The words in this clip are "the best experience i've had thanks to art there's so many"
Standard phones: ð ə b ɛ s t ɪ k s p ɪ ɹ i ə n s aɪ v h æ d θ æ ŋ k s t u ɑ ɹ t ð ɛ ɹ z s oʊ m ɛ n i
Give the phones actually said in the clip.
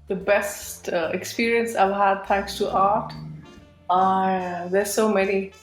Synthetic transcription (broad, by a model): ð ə b ɛ s t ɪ k s p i ɹ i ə n s aɪ v h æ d t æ ŋ k s t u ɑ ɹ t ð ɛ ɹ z s oʊ m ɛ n i